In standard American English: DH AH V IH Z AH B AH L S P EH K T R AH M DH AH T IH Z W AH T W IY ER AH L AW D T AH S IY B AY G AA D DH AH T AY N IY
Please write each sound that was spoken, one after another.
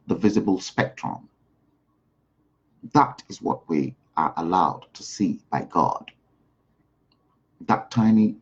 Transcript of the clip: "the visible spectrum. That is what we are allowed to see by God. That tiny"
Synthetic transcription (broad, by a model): DH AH V IH Z AH B AH L S P EH K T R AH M DH AH T IH Z W AH T W IY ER AH L AW D T AH S IY B AY G AA D DH AH T AY N IY